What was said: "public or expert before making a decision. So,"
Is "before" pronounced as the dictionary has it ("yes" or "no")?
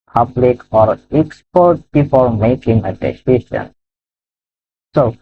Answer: no